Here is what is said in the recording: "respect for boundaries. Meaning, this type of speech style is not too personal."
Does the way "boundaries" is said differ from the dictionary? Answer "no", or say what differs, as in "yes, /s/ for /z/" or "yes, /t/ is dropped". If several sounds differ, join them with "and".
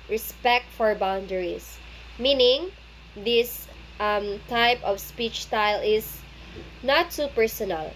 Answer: yes, /s/ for /z/